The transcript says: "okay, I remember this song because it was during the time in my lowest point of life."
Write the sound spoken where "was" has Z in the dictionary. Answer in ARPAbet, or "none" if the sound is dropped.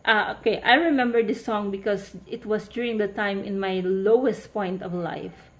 S